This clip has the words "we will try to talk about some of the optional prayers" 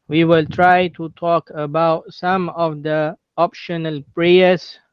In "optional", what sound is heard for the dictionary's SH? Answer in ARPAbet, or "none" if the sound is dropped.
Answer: SH